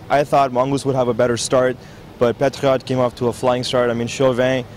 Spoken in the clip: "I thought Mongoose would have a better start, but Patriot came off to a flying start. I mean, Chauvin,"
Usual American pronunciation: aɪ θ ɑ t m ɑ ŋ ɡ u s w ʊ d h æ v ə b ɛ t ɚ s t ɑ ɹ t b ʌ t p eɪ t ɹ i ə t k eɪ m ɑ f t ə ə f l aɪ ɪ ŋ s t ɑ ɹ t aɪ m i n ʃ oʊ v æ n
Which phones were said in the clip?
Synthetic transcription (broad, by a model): aɪ θ ɑ t m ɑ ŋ ɡ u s w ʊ d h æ v ə b ɛ t ɚ s t ɑ ɹ t b ʌ t p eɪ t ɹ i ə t k eɪ m ɑ f t ə ə f l aɪ ɪ ŋ s t ɑ ɹ t aɪ m i n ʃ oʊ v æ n